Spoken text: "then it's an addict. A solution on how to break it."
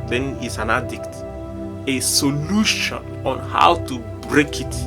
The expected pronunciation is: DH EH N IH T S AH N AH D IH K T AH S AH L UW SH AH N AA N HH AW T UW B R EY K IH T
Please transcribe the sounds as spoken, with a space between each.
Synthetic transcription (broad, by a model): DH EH N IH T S AH N AH D IH K T AH S AH L UW SH AH N AA N HH AW T UW B R EY K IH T